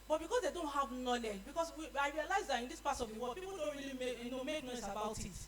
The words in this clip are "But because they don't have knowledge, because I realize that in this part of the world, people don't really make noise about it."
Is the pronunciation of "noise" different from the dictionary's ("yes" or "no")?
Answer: yes